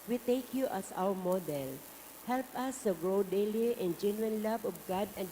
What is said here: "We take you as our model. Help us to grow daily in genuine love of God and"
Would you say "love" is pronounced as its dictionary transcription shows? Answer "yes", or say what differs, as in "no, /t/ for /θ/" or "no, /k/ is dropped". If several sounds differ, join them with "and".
no, /b/ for /v/